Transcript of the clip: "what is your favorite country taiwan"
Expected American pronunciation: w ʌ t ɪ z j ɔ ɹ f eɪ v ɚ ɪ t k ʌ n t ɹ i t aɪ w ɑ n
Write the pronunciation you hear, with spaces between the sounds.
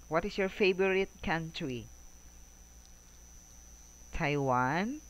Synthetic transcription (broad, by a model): w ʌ t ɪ s j ɔ ɹ f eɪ b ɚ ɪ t k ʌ n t ɹ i t aɪ w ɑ n